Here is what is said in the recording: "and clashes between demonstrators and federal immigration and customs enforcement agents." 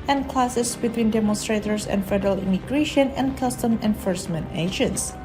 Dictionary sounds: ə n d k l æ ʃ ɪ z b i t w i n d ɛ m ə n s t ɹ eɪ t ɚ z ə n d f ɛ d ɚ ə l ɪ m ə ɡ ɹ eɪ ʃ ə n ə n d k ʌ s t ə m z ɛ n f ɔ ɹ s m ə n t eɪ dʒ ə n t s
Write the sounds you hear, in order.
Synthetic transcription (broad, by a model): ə n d k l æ s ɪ s b i t w i n d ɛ m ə n s t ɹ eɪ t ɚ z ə n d f ɛ d ɚ ə l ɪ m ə ɡ ɹ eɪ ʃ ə n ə n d k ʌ s t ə m ɛ n f ɔ ɹ s m ə n t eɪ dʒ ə n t s